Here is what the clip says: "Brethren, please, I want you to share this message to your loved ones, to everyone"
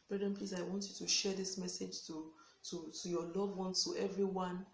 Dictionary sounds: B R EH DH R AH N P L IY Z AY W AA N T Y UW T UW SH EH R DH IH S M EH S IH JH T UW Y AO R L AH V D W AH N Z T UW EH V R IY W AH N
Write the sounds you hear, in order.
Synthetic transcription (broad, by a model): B R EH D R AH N P L IY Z AY W AA N T Y UW T UW SH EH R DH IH S M EH S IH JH T UW Y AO L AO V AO N T UW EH V R IY W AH N